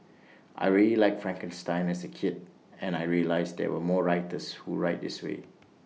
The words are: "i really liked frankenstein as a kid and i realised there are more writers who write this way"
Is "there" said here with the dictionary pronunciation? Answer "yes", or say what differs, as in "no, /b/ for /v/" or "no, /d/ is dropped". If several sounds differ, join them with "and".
no, /w/ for /ɹ/